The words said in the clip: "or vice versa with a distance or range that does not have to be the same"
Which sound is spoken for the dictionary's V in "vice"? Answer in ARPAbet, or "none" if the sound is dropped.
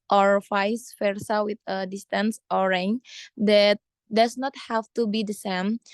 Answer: F